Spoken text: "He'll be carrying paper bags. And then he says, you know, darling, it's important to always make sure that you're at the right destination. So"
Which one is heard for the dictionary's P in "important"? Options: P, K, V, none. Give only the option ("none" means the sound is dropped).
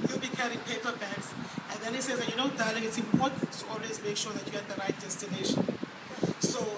none